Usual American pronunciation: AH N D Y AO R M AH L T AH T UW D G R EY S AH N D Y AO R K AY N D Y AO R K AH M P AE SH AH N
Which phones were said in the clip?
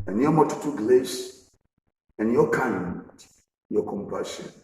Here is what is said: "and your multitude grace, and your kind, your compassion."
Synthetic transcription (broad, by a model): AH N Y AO M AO T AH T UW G L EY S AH N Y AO K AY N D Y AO K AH M P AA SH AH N